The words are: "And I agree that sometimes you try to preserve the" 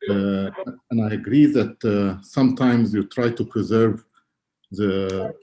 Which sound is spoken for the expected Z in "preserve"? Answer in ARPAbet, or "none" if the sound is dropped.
Z